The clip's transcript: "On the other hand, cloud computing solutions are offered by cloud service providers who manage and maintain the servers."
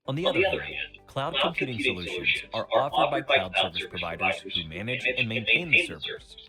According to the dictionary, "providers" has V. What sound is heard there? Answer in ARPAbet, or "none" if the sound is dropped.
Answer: V